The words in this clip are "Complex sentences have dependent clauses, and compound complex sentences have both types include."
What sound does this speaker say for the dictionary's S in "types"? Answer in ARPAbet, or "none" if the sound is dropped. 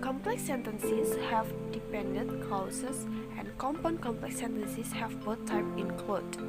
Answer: none